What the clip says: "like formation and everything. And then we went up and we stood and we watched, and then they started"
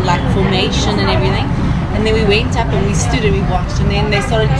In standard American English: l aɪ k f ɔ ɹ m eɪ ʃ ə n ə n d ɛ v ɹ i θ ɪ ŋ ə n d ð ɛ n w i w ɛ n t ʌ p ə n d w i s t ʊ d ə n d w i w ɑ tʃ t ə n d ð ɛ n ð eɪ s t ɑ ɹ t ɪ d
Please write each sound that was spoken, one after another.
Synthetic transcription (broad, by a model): l aɪ k f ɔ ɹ m eɪ ʃ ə n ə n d ɛ v ɹ i θ ɪ ŋ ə n ð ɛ n w i w ɛ n t ʌ p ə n w i s t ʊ d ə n w i w ɑ tʃ t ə n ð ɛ n ð eɪ s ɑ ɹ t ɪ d